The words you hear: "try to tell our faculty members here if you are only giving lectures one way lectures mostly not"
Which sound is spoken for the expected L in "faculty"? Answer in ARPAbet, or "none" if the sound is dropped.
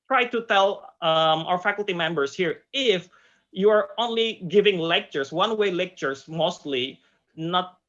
L